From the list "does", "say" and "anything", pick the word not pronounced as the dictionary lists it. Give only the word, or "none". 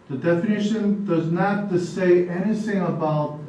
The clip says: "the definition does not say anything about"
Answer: none